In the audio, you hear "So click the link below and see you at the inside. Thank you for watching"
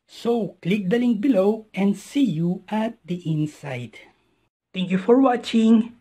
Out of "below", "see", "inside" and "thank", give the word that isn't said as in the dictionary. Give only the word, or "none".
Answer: thank